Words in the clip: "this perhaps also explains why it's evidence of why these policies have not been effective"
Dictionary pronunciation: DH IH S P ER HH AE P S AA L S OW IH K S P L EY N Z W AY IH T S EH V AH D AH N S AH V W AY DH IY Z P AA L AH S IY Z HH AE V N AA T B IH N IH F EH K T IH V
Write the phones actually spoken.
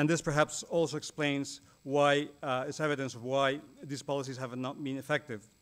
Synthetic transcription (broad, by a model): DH IH S P ER HH AE P S AA L S OW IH K S P L EY N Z W AY IH T S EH V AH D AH N S AH V W AY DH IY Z P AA L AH S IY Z HH AE V N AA T B IH N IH F EH K T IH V